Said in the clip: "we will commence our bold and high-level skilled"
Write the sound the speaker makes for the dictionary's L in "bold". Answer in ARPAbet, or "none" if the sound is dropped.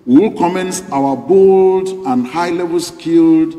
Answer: L